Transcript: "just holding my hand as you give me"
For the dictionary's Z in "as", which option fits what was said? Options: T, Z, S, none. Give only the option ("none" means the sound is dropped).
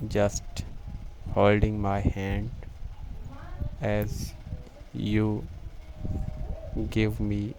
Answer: Z